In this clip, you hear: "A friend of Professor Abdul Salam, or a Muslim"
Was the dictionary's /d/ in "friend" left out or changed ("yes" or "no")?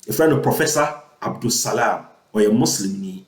yes